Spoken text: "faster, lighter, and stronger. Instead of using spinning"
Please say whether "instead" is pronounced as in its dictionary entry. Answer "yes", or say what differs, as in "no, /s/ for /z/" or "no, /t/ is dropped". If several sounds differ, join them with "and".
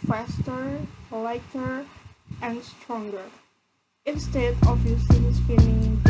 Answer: yes